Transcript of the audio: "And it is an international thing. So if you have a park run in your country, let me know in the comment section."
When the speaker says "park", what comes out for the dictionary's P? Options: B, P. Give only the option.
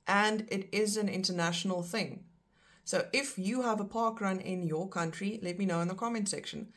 P